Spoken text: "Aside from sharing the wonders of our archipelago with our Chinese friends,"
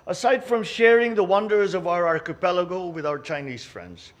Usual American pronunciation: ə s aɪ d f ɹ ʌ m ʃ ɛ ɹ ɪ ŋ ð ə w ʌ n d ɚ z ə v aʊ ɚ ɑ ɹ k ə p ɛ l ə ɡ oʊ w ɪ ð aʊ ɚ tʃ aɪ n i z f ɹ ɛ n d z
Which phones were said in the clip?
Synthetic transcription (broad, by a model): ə s aɪ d f ɹ ʌ m ʃ ɛ ɹ ɪ ŋ ð ə w ʌ n d ɚ z ə v aʊ ɚ ɑ ɹ k ə p ɛ l ə ɡ oʊ w ɪ ð aʊ ɚ tʃ aɪ n i z f ɹ ɛ n d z